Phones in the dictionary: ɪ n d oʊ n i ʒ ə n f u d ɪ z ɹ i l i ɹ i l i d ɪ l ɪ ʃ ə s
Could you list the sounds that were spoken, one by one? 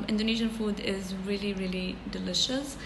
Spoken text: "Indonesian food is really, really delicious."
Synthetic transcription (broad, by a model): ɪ n d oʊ n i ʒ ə n f u d ɪ z ɹ i l i ɹ i l i d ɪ l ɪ ʃ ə s